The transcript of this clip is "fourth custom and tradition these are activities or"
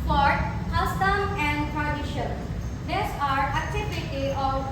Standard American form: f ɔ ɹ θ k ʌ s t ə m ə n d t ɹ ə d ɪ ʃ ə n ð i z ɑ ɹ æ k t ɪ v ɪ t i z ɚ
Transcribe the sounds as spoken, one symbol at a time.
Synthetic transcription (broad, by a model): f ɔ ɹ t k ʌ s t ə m ə n d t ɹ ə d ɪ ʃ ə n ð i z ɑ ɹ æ k t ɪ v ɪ t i ɔ